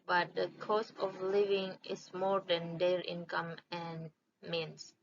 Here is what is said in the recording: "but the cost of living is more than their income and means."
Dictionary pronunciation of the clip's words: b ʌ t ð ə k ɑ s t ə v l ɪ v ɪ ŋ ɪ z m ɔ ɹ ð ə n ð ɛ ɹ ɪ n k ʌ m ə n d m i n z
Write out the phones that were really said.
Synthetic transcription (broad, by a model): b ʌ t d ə k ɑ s ə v l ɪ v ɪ ŋ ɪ s m ɔ ɹ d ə n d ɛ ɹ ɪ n k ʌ m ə n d m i n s